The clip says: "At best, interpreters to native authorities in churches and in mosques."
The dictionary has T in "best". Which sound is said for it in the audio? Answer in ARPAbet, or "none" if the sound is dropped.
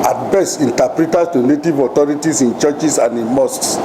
none